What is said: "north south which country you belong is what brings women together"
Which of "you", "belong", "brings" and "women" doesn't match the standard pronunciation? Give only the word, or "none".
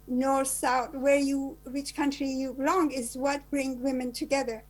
brings